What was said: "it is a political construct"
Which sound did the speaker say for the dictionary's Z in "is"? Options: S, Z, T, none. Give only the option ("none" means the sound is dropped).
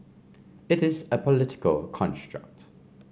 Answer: Z